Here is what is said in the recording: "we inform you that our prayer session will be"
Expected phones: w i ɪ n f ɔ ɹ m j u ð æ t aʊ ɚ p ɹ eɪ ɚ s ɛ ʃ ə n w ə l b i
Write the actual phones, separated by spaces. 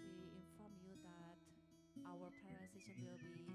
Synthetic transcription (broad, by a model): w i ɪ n f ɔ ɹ m j u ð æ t aʊ ɚ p eɪ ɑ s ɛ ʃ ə n w ə l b i